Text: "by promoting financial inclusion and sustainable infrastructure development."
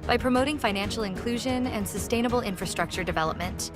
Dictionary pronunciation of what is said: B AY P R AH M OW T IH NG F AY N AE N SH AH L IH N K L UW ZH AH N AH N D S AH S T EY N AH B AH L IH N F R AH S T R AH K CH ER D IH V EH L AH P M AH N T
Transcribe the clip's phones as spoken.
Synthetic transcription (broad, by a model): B AY P R AH M OW T IH NG F AY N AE N SH L IH N K L UW ZH AH N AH N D S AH S T EY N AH B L IH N F R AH S T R AH K CH ER D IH V EH L AH P M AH N T